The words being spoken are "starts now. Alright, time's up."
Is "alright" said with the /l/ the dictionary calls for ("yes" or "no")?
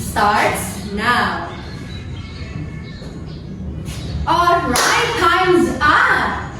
no